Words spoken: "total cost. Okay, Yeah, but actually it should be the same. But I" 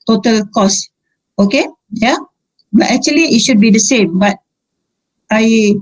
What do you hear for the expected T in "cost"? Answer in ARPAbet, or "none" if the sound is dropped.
none